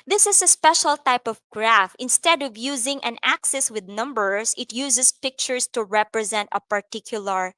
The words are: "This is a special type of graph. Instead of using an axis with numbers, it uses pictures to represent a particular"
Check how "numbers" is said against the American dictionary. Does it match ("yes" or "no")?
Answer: no